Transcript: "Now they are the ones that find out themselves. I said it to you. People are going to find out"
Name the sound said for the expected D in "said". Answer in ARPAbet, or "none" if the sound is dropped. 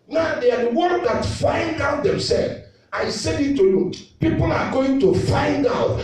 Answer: none